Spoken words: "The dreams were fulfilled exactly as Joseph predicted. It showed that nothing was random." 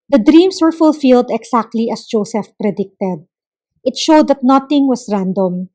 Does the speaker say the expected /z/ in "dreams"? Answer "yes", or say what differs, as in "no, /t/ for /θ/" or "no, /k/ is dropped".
no, /s/ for /z/